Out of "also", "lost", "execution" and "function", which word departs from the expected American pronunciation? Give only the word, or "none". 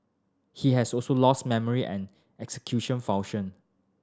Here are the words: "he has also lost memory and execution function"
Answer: function